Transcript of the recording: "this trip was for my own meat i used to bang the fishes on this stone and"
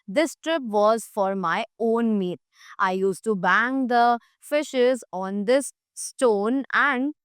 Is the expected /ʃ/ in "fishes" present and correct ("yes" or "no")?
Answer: yes